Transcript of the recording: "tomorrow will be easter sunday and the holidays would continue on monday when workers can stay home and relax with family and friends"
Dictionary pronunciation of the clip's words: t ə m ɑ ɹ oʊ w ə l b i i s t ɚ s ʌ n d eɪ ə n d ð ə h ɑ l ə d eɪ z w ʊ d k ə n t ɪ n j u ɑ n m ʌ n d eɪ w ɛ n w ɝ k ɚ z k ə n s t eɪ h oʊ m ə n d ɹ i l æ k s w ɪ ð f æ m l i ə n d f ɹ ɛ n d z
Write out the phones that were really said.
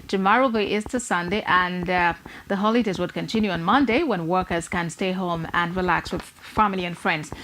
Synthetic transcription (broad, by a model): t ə m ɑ ɹ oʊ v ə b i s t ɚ s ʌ n d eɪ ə n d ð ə h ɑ l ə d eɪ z w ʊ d k ə n t ɪ n j u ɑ n m ʌ n d eɪ w ɛ n w ɝ k ɚ z k ə n s t eɪ h oʊ m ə n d ɹ i l æ k s w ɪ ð f æ m l i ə n f ɹ ɛ n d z